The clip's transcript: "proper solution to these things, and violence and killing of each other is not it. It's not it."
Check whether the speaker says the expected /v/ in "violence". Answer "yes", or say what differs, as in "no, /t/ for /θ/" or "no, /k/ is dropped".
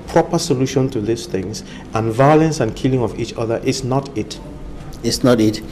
yes